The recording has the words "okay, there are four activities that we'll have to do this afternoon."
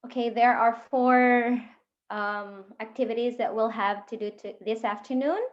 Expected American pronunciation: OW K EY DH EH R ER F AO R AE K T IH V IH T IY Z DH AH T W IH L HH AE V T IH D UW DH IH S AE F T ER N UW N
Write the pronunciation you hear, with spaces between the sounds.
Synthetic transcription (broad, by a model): OW K EY DH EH R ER F AO R AE K T IH V IH T IY Z DH AH T W IH L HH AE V T IH D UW DH IH S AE F T ER N UW N